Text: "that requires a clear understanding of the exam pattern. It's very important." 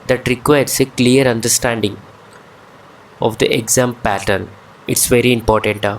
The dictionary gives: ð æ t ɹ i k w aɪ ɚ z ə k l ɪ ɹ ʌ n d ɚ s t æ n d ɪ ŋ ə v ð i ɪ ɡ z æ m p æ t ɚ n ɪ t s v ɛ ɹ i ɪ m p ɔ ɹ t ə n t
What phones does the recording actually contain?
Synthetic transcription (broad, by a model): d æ t ɹ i k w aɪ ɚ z ə k l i ɹ ʌ n d ɚ s t æ n d ɪ ŋ ə v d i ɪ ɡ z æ m p æ t ɚ n ɪ t s v ɛ ɹ i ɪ m p ɔ ɹ t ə n t